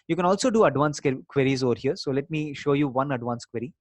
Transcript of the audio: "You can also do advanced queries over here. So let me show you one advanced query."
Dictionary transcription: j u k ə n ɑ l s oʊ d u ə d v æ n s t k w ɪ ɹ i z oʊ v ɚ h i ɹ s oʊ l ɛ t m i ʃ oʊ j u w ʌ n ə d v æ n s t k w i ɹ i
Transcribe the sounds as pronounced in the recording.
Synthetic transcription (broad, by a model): j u k ə n ɑ l s oʊ d u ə d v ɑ n s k k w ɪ ɹ i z oʊ v ɚ h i ɹ s oʊ l ɛ t m i ʃ oʊ j u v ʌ n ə d v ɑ n s k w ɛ ɹ i